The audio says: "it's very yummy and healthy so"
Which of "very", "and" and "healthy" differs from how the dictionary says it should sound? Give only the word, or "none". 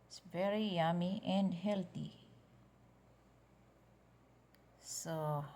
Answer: healthy